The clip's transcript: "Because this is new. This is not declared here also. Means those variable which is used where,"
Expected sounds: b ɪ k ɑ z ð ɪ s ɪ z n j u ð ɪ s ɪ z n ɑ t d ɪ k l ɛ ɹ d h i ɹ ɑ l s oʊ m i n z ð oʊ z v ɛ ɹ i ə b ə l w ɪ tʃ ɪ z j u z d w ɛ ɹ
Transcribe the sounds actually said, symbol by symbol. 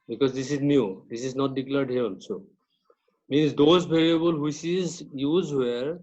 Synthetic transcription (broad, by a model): b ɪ k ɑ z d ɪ s ɪ z n j u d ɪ s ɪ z n ɑ t d ɪ k l ɛ ɹ d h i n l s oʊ m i n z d oʊ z b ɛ ɹ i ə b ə l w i s ɪ z j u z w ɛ ɹ